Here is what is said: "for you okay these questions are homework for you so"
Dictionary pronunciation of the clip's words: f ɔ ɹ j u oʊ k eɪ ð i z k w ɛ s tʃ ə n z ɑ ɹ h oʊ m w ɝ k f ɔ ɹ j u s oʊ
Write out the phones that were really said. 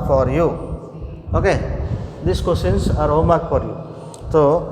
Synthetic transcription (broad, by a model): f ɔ ɹ j u oʊ k eɪ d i s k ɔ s ə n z ɑ ɹ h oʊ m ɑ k f ɔ ɹ j u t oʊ